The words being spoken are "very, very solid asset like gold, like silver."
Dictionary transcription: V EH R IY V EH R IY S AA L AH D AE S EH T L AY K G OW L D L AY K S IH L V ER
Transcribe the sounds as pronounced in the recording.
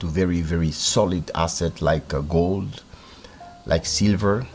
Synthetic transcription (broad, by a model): V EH R IY V EH R IY S AA L AH D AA S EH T L AY K G OW L D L AY K S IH L V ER